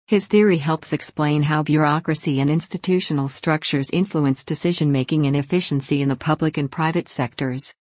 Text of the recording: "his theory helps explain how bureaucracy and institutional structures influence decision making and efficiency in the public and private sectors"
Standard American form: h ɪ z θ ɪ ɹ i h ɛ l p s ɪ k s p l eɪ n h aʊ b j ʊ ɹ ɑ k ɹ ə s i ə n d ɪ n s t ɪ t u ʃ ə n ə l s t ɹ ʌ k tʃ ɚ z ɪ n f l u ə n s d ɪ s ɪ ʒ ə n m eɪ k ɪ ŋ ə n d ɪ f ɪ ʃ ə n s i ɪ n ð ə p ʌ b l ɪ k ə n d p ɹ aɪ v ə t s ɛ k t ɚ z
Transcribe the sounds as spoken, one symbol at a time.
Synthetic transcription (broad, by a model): h ɪ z θ ɪ ɹ i h ɛ l p s ɪ k s p l eɪ n h aʊ b j ʊ ɹ ɑ k ɹ ə s i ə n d ɪ n s t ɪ t u ʃ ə n l s t ɹ ʌ k tʃ ɚ z ɪ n f l u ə n s d ɪ s ɪ ʒ ə n m eɪ k ɪ ŋ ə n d ɪ f ɪ ʃ ə n s i ɪ n ð ə p ʌ b l ɪ k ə n p ɹ aɪ v ə t s ɛ k t ɚ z